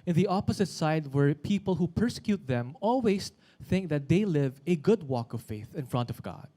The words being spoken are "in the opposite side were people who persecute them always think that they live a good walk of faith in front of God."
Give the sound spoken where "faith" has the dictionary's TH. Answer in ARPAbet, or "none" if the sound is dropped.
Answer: TH